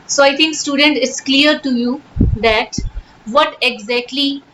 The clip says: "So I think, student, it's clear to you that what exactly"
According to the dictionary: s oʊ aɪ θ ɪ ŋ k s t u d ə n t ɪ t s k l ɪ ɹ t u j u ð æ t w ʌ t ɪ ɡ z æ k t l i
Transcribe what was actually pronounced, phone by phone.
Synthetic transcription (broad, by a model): s oʊ aɪ t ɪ ŋ k s t u d ə n t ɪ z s k l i ɹ t u j u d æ t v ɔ t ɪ ɡ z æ k t l i